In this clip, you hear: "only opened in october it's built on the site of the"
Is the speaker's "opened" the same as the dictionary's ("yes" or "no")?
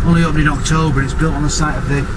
no